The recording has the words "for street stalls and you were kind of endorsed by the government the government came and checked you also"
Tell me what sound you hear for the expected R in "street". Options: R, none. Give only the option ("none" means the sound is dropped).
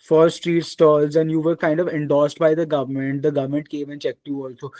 R